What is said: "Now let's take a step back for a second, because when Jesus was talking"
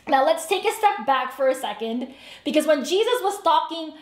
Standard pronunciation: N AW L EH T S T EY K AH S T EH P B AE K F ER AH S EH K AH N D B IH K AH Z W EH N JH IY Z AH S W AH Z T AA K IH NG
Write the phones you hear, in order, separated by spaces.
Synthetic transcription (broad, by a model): N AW L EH T S T EY K AH S T EH P B AE K F ER AH S EH K AH N D B IH K AH Z W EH N JH IY Z AH S W AH Z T AA K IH NG